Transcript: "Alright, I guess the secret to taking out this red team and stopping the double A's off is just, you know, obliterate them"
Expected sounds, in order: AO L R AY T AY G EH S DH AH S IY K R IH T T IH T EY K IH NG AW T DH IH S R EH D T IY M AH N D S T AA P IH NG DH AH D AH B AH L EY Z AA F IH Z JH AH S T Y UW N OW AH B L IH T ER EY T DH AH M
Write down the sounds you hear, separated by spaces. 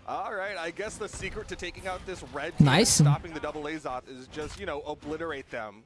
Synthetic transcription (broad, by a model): AO L R AY T AY G EH S DH AH S IY K R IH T T IH T EY K IH NG AW T DH IH S R EH D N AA AH S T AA P IH NG DH AH D AH B L EY Z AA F IH Z JH AH S T Y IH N OW AH B L IH T ER EY T DH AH M